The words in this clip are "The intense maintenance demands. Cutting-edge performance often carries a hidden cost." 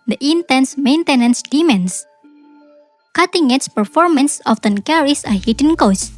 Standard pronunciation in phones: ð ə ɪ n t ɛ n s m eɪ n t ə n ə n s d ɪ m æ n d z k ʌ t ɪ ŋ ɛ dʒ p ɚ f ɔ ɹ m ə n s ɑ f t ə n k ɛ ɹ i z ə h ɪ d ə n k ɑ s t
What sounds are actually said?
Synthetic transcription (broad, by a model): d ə ɪ n t ɛ n s m eɪ n t ə n ə n s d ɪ m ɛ n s k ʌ t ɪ ŋ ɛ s p ɚ f ɔ ɹ m ə n s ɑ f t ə n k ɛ ɹ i s ə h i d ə n k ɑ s